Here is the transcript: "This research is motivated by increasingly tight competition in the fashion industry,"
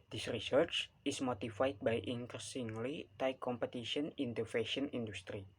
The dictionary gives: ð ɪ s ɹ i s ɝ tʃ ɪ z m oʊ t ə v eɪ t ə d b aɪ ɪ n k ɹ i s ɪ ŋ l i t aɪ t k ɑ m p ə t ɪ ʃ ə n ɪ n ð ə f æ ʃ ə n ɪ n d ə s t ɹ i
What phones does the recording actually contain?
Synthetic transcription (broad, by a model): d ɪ s ɹ i s ɝ tʃ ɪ s m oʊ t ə f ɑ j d b aɪ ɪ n k ɹ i s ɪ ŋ l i t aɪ k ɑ m p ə t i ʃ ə n ɪ n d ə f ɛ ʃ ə n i n d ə s t ɹ i